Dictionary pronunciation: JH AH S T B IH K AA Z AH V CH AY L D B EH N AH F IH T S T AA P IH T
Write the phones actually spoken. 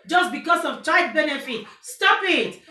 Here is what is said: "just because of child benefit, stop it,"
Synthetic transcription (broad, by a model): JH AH S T B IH K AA S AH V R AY D B EH N AH F IH T S T AA P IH T